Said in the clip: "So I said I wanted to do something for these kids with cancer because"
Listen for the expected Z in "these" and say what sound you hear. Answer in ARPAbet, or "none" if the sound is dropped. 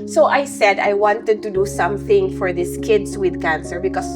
S